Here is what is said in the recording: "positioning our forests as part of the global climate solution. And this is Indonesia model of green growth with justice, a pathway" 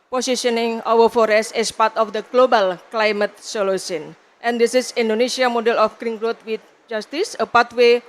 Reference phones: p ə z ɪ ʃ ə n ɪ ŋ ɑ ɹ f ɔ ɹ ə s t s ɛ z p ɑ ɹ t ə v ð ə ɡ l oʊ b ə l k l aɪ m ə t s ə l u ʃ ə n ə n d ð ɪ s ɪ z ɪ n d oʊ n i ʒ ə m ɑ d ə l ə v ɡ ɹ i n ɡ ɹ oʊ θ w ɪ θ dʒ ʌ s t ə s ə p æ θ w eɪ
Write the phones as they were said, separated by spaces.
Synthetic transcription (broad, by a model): p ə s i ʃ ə n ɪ ŋ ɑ w f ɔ ɹ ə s s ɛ s p ɑ ɹ t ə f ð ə ɡ l oʊ b ə l k l aɪ m ə t s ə l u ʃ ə n ə n d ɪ s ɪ s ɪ n d oʊ n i s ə m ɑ d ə l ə f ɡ ɹ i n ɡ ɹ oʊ t w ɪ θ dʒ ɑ s t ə s ə p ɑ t w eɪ